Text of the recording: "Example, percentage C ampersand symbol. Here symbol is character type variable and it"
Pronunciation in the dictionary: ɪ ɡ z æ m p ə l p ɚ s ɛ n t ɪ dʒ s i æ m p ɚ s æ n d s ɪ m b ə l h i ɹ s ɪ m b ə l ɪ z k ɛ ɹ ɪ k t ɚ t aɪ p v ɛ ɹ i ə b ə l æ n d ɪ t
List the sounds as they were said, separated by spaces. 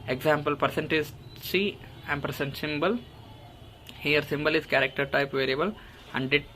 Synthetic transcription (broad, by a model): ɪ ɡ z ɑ m p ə l p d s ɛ n t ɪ z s i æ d p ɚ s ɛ n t s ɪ m b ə l h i ɹ s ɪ m b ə l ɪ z k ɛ ɹ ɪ k t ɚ t aɪ p v ɛ ɹ i ə b ə l æ n d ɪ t